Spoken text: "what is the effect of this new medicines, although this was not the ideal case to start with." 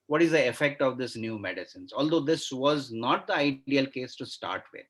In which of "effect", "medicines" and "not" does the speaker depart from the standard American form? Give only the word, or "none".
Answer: none